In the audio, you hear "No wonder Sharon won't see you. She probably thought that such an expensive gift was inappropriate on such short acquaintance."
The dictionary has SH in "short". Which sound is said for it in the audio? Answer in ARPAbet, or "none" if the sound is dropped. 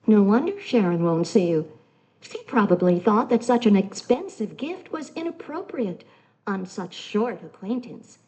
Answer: SH